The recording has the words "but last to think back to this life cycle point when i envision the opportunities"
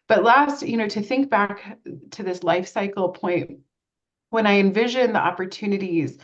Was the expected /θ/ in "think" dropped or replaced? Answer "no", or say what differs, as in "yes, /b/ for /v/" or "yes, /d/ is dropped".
no